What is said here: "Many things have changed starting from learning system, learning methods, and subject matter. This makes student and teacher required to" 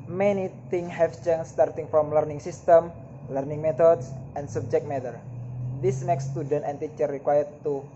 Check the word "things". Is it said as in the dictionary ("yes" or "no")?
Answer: no